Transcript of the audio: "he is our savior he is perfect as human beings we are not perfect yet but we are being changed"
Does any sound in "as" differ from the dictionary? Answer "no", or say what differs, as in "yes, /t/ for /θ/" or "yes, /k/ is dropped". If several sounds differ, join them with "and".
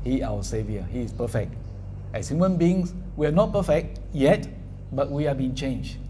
yes, /s/ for /z/